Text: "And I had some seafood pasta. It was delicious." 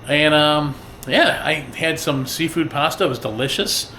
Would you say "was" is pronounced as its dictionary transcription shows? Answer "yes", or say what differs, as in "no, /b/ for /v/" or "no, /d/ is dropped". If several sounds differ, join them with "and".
yes